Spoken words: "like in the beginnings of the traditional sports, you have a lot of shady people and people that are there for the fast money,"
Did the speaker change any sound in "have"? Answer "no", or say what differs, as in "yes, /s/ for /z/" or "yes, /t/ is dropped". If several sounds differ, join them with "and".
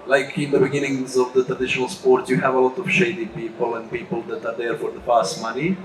no